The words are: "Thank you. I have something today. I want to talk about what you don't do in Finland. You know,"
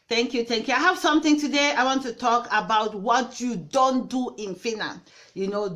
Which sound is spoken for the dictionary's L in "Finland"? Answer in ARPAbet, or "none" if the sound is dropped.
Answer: none